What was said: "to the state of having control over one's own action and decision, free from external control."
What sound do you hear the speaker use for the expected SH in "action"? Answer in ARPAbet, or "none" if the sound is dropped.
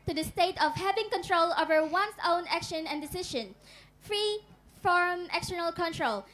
SH